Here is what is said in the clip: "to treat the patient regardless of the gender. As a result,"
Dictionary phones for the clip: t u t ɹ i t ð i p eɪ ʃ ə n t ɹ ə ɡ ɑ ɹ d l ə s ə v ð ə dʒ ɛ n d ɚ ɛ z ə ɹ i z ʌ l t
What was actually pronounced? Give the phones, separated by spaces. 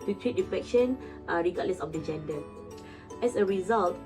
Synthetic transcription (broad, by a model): t u t ɹ i t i f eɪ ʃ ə n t ɹ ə ɡ ɑ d l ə s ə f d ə dʒ ɛ n d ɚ ɛ s ə ɹ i z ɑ l t